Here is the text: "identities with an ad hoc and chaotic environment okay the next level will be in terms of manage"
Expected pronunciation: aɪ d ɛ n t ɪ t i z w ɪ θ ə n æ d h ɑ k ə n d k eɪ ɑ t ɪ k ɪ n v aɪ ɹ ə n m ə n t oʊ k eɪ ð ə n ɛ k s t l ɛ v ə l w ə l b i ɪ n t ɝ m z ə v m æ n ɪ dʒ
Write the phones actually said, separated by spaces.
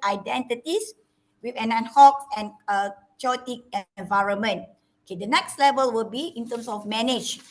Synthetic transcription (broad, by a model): aɪ d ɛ n t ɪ t i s w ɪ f ə n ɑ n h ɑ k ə n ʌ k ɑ t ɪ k ɪ n v aɪ ɹ ə n m ə n t oʊ k eɪ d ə n ɛ k s t l ɛ v ə l w ə l b i ɪ n t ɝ m s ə f m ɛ n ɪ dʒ